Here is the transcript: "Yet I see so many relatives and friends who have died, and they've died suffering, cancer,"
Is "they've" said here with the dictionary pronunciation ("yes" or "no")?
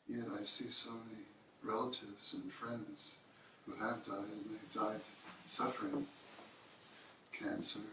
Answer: yes